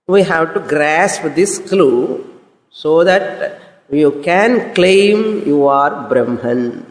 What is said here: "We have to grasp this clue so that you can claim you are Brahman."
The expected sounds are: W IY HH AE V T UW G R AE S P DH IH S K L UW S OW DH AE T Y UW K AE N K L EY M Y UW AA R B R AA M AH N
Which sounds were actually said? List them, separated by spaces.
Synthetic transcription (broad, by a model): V IY HH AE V T UW G R AE S P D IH S K L UW S OW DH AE T Y UW K AE N K L EY M Y UW AA R B R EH M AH N